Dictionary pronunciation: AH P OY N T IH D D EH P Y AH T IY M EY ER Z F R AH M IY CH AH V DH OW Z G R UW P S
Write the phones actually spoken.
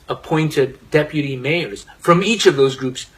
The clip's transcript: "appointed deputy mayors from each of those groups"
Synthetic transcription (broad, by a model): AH P OY N T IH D D EH P Y AH T IY M EY ER Z F R AH M IY CH AH V DH OW Z G R UW P S